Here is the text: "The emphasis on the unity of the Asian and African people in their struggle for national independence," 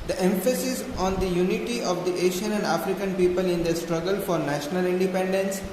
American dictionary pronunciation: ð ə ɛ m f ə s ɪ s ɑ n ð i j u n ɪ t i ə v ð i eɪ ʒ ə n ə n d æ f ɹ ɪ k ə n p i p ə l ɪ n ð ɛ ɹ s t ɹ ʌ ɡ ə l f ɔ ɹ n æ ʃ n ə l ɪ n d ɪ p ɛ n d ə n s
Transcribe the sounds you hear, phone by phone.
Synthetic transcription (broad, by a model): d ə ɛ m f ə s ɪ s ɑ n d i j u n ɪ t i ə v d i eɪ ʃ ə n ə n d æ f ɹ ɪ k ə n p i p ə l ɪ n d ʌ s t ɹ ʌ ɡ ə l f ɔ ɹ n æ ʃ n ə l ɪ n d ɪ p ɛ n d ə n s